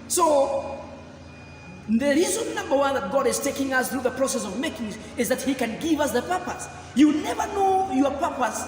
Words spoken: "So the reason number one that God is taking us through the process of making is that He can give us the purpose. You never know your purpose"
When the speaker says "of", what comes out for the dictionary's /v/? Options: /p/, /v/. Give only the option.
/v/